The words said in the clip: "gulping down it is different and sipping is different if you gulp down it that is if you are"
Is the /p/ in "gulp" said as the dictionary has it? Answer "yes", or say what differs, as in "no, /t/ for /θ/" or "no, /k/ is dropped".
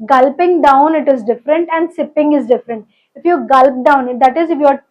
yes